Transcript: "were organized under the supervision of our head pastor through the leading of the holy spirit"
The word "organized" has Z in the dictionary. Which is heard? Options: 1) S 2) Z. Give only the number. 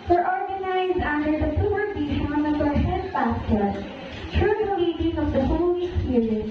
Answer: 2